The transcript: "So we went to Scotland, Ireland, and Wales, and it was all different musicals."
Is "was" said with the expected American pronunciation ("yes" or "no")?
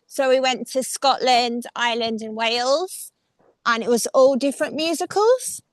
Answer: yes